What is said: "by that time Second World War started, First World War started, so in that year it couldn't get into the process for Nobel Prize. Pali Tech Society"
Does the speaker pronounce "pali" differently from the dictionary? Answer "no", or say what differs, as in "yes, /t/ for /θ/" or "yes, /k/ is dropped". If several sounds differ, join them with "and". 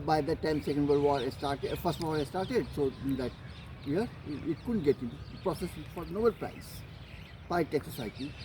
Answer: yes, /l/ is dropped